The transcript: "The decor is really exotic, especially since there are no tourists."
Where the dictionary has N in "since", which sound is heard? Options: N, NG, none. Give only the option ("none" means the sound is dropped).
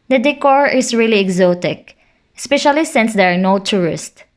N